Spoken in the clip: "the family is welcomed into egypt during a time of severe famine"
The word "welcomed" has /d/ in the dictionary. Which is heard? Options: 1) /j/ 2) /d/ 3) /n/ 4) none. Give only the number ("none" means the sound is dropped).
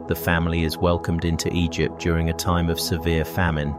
2